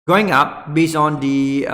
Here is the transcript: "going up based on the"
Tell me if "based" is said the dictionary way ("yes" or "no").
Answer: no